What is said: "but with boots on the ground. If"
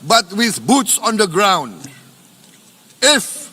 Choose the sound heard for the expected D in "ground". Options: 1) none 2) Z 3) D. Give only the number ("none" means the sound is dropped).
3